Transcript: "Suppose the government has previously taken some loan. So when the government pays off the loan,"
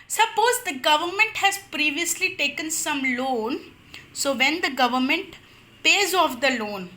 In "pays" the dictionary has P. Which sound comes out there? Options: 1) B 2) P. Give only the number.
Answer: 2